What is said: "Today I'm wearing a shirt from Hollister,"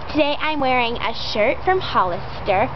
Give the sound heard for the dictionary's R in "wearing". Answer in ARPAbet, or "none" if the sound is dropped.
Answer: R